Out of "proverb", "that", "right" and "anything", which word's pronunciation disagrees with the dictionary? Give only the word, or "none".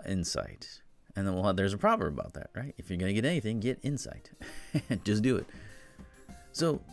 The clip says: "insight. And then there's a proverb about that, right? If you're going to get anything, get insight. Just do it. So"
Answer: none